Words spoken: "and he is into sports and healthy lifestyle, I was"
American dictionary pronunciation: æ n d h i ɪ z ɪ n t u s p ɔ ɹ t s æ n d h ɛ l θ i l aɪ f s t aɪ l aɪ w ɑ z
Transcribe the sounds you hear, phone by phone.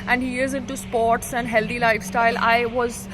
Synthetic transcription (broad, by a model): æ n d h i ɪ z ɪ n t u s p ɔ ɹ t s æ n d h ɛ l t i l aɪ f s t aɪ l aɪ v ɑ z